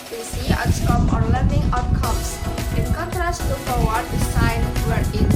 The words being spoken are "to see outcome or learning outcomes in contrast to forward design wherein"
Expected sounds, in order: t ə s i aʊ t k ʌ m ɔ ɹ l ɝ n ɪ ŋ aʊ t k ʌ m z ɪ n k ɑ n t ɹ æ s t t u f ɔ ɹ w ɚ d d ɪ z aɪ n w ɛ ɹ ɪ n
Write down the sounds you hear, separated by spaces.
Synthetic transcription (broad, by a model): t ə s i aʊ s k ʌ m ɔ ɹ l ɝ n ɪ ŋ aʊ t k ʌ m s ɪ n k ɑ n t ɹ æ s t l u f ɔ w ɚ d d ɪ s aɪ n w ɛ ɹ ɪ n